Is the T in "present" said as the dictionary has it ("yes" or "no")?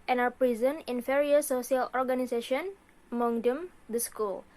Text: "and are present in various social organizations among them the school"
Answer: no